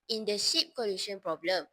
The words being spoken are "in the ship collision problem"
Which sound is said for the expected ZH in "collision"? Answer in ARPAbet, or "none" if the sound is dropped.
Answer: SH